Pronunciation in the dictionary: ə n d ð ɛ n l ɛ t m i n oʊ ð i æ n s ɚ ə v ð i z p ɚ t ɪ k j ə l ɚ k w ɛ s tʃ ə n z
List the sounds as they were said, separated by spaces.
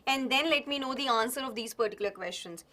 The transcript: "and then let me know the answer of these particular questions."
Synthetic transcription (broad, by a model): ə n d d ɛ n l ɛ t m i n oʊ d i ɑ n s ɚ ə v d i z p ɚ t ɪ k j ə l ɚ k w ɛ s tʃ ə n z